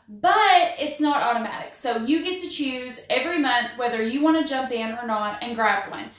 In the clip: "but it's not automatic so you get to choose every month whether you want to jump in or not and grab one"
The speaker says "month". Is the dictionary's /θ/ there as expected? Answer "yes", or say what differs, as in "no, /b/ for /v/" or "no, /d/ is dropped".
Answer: yes